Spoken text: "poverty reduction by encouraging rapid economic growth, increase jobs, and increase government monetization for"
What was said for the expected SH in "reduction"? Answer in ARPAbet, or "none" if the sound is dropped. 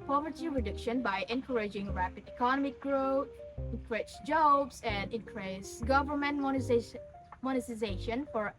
SH